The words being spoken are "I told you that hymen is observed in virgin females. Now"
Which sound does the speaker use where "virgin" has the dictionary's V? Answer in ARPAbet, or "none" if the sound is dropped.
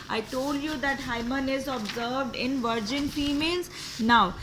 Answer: V